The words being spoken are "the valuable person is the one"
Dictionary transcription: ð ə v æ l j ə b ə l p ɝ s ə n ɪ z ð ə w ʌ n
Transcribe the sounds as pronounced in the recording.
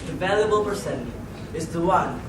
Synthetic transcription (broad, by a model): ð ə v æ l j ə b ə l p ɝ s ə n ɪ z ð ə w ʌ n